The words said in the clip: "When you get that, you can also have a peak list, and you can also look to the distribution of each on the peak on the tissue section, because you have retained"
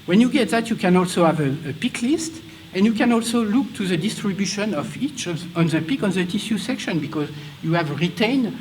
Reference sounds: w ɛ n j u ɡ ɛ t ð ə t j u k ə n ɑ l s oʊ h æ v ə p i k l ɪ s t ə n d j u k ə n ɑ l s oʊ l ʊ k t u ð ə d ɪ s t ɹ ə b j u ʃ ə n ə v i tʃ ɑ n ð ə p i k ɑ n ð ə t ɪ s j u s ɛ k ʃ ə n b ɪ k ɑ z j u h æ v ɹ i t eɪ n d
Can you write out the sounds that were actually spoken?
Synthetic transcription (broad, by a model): w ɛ n j u ɡ ɛ t ð ə t j u k ə n ɑ l s oʊ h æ v ə p i k l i s t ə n j u k ə n ɑ l s oʊ l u k t u ð ə d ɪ s t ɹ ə b j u ʃ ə n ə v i tʃ ɑ n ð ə p i k ɑ n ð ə t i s j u s ɛ k ʃ ə n b ɪ k ɑ z j u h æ v ɹ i t eɪ n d